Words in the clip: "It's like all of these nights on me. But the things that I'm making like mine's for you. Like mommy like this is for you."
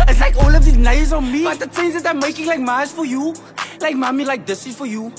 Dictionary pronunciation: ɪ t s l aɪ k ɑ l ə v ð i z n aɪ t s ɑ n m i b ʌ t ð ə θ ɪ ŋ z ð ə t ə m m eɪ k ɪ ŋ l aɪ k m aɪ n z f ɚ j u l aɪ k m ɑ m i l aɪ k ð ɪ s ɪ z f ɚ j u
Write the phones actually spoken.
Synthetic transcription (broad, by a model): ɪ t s l aɪ k ɑ l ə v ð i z n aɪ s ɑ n m i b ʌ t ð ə s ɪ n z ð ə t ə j m eɪ k ɪ ŋ l aɪ k m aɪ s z f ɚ j u l aɪ k m ɑ m i l aɪ k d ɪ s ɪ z f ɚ j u